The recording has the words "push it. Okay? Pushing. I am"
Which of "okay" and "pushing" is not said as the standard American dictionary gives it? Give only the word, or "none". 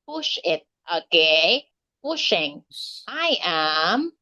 none